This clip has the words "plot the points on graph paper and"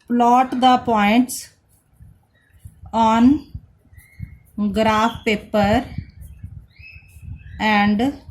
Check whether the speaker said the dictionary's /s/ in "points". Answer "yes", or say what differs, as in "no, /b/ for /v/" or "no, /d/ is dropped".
yes